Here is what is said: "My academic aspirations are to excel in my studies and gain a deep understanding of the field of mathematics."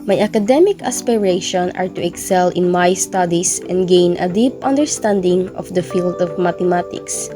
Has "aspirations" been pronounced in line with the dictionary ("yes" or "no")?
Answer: no